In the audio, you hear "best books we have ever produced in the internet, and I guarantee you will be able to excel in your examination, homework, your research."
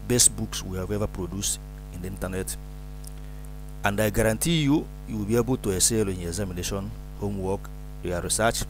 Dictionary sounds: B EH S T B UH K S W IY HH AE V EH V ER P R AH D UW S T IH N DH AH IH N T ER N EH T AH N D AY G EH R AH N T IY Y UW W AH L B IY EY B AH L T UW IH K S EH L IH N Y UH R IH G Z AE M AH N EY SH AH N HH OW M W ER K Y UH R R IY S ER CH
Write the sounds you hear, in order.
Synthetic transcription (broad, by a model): B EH S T B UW K S W IY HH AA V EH V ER P R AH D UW S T IH N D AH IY N T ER N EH T AH N D AY G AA R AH N T IY Y UW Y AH W B IY EY B AH L T UW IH S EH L IH N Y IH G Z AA M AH N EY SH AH N HH OW M W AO K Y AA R R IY S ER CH